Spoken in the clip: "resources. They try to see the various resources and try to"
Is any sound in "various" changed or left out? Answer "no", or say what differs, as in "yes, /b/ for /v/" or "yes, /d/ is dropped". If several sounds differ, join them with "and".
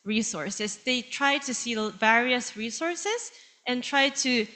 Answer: no